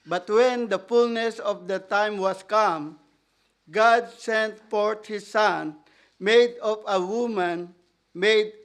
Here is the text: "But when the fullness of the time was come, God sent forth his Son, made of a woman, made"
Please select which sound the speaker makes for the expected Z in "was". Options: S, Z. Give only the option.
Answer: S